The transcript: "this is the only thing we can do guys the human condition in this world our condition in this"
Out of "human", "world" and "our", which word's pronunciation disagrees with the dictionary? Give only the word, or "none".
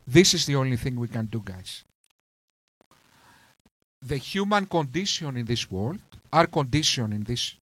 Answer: none